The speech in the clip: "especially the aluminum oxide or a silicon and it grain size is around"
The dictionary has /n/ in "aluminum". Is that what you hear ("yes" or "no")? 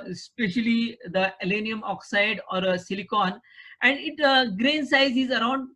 no